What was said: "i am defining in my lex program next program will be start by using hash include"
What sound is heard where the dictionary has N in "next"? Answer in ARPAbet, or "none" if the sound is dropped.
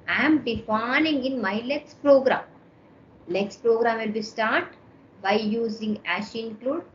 L